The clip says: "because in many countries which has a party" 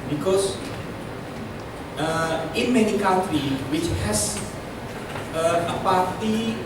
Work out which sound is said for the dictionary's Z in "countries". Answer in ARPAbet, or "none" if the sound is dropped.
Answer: none